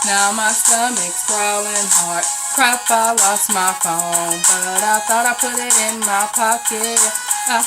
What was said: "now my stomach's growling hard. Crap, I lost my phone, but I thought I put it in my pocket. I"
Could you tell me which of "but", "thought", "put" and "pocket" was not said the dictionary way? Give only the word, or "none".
none